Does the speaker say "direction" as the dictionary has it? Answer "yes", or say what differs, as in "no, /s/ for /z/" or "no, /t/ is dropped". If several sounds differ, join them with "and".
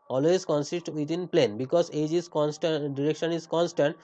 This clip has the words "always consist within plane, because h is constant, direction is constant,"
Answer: yes